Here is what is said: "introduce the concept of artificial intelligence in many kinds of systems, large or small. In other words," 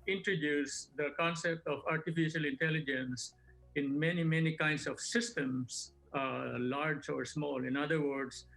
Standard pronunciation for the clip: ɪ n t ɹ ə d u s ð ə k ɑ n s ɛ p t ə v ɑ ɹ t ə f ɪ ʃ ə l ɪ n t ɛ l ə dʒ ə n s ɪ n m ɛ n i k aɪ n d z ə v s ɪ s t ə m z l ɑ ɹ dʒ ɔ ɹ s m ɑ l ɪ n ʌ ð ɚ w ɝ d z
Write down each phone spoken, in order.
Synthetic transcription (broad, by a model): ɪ n t ɹ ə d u s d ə k ɑ n s ɛ p t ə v ɑ ɹ t ə f ɪ ʃ ə l ɪ n t ɛ l ə dʒ ə n s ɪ n m ɛ n i k aɪ n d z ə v s ɪ s t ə m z l ɑ ɹ dʒ ɔ ɹ s m ɑ l ɪ n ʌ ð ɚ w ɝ d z